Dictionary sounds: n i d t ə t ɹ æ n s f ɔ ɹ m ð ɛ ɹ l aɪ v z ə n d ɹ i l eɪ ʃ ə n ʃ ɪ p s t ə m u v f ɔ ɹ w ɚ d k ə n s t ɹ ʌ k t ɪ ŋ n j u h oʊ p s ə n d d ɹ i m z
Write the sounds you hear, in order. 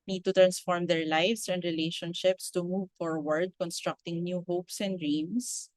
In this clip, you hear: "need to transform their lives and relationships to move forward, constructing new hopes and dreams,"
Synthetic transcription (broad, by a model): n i d t ə t ɹ æ n s f ɔ ɹ m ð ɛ ɹ l aɪ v s ə n d ɹ i l eɪ ʃ ə n ʃ ɪ p s t ə m u v f ɔ ɹ w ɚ d k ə n s t ɹ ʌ k t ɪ ŋ n j u h oʊ p s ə n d d ɹ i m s